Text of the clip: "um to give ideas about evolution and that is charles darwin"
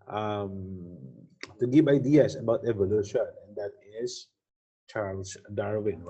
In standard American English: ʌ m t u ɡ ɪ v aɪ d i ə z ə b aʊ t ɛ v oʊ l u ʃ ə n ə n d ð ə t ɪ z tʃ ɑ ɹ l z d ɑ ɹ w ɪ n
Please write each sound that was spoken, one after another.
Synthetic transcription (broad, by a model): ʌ m t u ɡ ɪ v aɪ d i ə s ə b aʊ t ɛ v oʊ l u ʃ ə n ə n d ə t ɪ s tʃ ɑ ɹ l s d ɑ ɹ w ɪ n